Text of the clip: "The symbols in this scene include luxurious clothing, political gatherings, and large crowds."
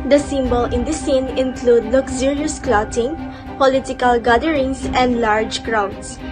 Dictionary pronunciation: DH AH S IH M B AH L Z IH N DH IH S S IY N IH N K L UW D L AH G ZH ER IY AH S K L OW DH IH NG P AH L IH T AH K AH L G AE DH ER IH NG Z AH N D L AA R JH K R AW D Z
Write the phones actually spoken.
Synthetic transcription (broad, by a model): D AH S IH M B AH L IH N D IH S S IY N IH N K L UW D L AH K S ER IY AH S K L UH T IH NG P AH L IH T AH K AH L G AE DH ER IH NG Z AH N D L AA R JH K R AW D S